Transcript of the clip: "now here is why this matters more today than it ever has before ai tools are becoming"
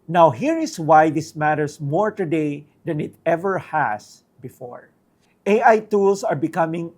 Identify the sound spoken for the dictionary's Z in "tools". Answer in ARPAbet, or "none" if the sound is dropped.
S